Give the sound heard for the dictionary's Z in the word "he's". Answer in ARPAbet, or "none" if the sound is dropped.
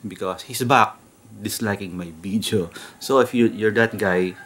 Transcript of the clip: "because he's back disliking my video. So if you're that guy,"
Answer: S